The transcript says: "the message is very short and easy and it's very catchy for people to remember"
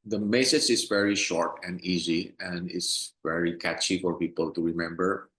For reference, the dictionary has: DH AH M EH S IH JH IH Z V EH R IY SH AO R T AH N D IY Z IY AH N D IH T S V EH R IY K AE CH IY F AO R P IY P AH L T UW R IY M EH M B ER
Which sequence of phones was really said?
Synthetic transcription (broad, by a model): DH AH M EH S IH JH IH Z V EH R IY SH AO R T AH N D IY Z IY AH N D IH T S V EH R IY K AE CH IY F AO R P IY P AH L T UW R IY M EH M B ER